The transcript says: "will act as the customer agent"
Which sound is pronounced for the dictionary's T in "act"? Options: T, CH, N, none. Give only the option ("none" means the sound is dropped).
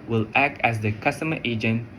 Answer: T